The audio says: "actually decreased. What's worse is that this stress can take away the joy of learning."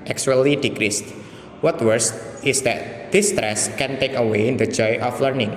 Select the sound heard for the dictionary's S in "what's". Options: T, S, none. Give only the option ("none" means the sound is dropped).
none